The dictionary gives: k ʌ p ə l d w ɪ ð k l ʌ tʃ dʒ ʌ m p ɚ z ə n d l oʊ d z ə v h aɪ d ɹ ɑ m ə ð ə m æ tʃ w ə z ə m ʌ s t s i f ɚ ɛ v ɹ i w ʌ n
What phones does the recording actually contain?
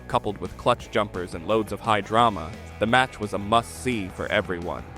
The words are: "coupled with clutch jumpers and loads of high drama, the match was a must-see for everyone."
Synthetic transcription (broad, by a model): k ʌ p l d w ɪ ð k l ʌ tʃ dʒ ʌ m p ɚ z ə n l oʊ d z ə v h aɪ d ɹ ɑ m ə ð ə m æ tʃ w ə z ə m ʌ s s i f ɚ ɛ v ɹ i w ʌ n